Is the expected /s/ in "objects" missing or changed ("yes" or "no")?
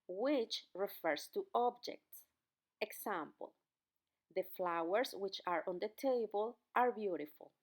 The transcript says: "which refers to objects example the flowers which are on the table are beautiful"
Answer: no